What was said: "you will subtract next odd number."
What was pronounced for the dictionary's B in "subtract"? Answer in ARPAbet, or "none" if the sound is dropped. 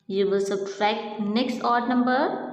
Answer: none